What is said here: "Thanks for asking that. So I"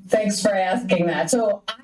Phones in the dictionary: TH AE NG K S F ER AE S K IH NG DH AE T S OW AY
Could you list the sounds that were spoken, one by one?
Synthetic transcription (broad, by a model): TH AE NG K S F ER AE S K IH NG DH AE T S OW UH